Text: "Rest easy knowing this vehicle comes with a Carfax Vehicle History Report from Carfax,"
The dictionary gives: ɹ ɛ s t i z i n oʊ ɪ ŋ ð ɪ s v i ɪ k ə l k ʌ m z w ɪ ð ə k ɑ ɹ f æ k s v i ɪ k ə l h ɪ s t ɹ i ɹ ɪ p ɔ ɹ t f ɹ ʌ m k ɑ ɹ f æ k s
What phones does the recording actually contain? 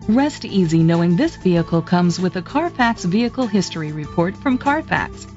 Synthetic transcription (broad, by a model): ɹ ɛ s t i z i n oʊ ɪ ŋ ð ɪ s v i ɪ k l k ʌ m z w ɪ ð ə k ɑ ɹ f æ k s v i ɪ k l h ɪ s t ɹ i ɹ ɪ p ɔ ɹ t f ɹ ʌ m k ɑ ɹ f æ k s